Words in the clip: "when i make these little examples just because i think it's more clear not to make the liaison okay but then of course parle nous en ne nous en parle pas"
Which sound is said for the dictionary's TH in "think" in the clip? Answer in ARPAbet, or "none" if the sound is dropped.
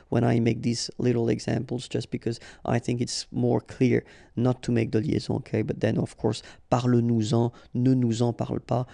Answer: TH